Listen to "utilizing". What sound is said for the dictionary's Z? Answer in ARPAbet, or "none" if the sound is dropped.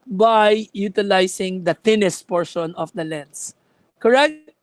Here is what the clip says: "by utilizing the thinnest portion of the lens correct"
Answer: S